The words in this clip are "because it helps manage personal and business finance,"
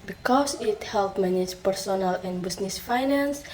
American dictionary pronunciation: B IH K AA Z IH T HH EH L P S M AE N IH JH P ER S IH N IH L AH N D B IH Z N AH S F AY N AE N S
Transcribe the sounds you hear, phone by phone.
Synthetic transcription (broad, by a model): B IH K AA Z IH T HH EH L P M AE N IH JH P ER S IH N IH L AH N B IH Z N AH S F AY N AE N S